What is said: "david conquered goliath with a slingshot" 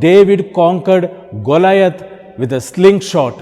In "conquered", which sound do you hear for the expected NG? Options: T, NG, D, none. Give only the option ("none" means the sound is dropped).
NG